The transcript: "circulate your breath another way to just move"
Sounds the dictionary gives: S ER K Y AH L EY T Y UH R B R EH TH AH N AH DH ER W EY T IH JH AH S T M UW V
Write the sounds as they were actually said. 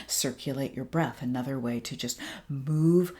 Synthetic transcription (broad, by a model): S ER K Y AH L EY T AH R B R EH TH AH N AH DH ER W EY T IH JH AH S T M UW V